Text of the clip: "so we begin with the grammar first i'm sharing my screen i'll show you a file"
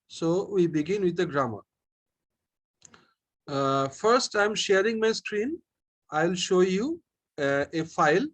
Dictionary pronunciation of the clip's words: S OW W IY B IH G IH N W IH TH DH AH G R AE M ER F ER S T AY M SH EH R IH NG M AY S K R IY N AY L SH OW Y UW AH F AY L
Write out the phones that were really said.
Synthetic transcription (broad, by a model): S OW W IY B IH G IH N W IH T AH G R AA M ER F ER S T AY M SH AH R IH NG M AY S K R IY N AY L SH OW Y UW AH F AY L